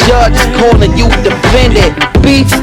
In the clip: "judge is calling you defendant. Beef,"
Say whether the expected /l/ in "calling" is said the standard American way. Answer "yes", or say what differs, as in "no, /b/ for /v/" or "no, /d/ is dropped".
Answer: no, /n/ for /l/